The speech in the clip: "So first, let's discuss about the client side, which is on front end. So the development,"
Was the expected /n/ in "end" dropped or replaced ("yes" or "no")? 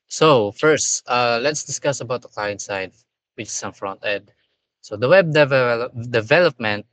yes